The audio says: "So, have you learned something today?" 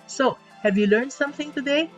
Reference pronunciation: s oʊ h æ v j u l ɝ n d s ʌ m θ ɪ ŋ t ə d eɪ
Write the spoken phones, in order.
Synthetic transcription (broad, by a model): s oʊ h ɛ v j u l ɝ n d s ʌ m θ ɪ ŋ t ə d eɪ